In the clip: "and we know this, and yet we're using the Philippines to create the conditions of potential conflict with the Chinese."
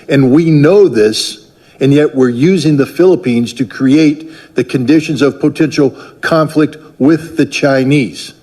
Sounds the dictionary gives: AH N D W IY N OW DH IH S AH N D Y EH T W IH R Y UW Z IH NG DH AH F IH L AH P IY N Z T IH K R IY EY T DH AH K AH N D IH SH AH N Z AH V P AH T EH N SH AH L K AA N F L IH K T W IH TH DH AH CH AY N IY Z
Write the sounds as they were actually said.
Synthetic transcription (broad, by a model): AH N W IY N OW DH IH S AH N Y EH T W IH R Y UW Z IH NG DH AH F IH L AH P IY N Z T IH K R IY EY T DH AH K AH N D IH SH AH N Z AH V P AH T EH N SH L K AA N F L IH K T W IH DH AH CH AY N IY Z